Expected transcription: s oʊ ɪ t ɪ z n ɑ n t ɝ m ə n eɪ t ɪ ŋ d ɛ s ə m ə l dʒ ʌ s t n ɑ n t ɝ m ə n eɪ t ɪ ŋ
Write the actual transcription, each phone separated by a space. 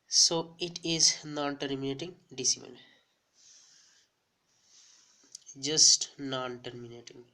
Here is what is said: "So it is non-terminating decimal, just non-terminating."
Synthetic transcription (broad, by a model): s oʊ ɪ t ɪ z n ɑ n t ɝ m ə n eɪ t ɪ ŋ d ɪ s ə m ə n dʒ ʌ s t n ɑ n t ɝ m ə n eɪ t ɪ ŋ